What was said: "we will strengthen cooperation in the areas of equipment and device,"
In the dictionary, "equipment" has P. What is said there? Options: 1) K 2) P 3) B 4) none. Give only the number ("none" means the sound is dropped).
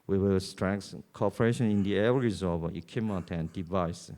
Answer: 4